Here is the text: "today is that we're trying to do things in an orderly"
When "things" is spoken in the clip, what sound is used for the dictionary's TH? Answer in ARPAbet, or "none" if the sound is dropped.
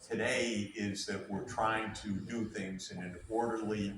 TH